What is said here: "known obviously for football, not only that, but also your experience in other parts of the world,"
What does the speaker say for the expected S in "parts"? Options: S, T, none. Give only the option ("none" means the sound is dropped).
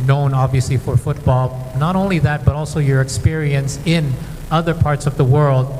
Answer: S